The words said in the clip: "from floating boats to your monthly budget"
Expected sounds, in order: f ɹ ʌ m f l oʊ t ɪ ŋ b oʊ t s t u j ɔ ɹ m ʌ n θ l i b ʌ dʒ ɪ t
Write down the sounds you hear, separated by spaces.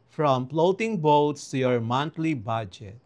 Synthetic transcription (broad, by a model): f ɹ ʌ m p l oʊ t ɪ ŋ b oʊ t s t u j ɔ ɹ m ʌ n t l i b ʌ dʒ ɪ t